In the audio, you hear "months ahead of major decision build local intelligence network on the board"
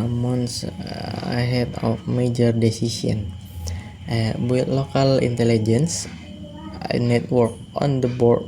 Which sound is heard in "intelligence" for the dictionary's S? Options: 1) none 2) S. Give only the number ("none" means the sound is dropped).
2